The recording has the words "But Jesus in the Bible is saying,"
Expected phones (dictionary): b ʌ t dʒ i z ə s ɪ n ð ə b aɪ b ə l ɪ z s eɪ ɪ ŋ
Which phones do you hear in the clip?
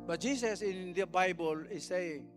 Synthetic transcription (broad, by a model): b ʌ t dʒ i s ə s ɪ n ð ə b aɪ b ə l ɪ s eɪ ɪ ŋ